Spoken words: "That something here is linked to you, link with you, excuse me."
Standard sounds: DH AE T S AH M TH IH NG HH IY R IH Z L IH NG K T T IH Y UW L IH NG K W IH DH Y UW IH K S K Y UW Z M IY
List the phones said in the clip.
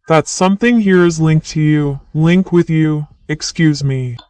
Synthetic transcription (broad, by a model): DH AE T S AH M TH IH NG HH IY R IH Z L IH NG K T T IH Y UW L IH NG K W IH DH Y UW IH K S K Y UW Z M IY